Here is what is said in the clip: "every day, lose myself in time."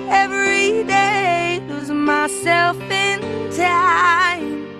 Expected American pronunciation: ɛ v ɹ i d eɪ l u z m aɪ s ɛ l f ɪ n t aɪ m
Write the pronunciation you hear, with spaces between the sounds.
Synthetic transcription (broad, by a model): ɛ v ɹ i d eɪ w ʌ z m aɪ s ɛ l f ɪ n t aɪ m